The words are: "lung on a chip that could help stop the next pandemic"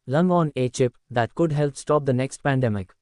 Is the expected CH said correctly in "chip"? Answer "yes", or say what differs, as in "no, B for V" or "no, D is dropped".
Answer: yes